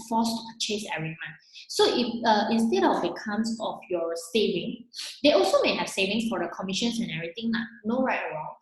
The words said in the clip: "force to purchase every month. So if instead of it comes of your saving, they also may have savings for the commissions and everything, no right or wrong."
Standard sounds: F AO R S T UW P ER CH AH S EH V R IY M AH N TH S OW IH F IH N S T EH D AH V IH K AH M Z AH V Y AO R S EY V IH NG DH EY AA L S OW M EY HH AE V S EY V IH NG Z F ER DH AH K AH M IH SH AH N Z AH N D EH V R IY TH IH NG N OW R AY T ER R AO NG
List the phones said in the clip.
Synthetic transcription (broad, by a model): F AO S T UW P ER CH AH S EH V R IY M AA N S OW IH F IH N S T EH D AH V IH K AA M S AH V Y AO S EY V IH NG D EY AA L S OW M EY HH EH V S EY V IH NG S F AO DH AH K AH M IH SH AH N S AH N EH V R IY T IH NG N OW R AY T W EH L